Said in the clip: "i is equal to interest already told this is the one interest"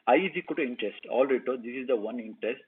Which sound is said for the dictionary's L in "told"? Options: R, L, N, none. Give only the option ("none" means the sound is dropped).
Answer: none